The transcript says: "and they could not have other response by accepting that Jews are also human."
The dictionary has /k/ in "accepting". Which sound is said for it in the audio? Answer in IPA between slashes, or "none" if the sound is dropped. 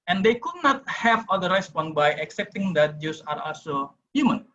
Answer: /k/